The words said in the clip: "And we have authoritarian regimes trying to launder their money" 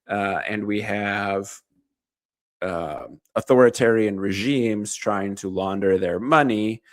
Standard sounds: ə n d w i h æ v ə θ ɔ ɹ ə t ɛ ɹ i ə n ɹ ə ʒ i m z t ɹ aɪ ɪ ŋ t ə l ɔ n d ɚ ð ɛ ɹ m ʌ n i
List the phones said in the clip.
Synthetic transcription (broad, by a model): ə n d w i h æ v ə θ ɔ ɹ ə t ɛ ɹ i ə n ɹ ə ʒ i m z t ɹ aɪ ɪ ŋ t ə l ɔ n d ɚ ð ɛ ɹ m ʌ n i